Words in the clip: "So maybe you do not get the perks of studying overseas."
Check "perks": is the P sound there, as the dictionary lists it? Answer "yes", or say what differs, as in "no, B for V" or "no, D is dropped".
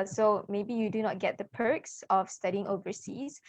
yes